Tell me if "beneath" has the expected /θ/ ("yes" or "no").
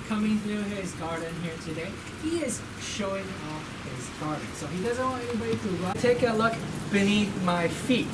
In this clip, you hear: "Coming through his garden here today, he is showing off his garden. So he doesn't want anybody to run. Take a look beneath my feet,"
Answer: yes